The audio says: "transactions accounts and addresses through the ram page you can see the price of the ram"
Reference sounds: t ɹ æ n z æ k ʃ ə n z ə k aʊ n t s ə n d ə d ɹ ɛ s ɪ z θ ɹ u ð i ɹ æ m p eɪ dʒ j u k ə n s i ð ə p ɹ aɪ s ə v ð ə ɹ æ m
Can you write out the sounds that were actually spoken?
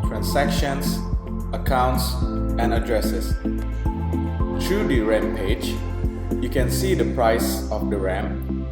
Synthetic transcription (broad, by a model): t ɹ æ n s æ k ʃ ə n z ə k aʊ n t s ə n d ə d ɹ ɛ s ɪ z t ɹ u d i ɹ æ m p eɪ dʒ j u k ə n s i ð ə p ɹ aɪ s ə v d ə ɹ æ m